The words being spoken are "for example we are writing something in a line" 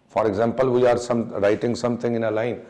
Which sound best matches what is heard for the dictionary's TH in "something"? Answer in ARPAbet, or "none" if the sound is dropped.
T